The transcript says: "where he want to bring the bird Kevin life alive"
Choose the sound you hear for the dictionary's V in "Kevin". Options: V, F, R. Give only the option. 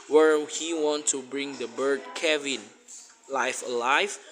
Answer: V